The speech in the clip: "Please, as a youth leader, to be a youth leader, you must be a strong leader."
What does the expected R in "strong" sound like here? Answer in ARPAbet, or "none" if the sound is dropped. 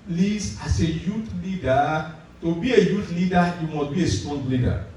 none